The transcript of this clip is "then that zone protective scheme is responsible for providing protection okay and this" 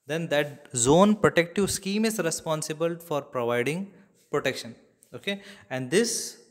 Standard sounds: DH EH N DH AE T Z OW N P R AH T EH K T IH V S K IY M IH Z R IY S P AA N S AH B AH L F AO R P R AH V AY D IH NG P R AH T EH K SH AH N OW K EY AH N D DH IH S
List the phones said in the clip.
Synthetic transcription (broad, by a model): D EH N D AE T Z OW N P R AH T EH K T IH V S K IY M IH Z R IY S P AA N S AH B AH L F AO R P R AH V AY D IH NG P R AH T EH K SH AH N OW K EY AH N D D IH S